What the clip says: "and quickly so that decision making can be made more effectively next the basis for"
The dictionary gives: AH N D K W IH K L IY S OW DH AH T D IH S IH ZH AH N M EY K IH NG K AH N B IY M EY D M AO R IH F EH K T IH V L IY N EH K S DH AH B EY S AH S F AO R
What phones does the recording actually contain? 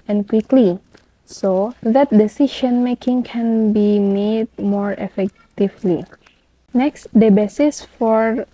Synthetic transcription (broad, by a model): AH N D K W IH K L IY S OW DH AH T D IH S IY SH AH N M EY K IH NG K AH N B IY M EY D M AO R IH F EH K T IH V L IY N EH K S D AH B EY S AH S F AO R